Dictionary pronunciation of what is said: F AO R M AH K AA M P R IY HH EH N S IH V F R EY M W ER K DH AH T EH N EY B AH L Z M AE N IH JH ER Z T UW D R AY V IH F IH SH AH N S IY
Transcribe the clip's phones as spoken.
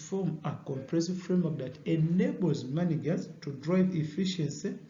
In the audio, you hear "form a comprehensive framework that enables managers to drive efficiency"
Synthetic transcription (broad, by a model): F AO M AH K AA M P R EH S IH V F R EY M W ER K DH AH T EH N EY B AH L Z M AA N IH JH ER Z T UW D R AY V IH F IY SH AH N S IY